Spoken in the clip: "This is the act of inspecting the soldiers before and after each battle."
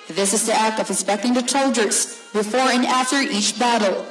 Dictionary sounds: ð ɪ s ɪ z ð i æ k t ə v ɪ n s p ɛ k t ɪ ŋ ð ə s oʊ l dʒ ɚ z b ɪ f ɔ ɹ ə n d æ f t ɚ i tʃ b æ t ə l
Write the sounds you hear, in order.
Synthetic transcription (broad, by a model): ð ɪ s ɪ z ð i æ k t ə v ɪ s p ɛ k t ɪ ŋ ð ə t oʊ l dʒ ɚ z b ɪ f ɔ ɹ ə n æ f t ɚ i tʃ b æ t l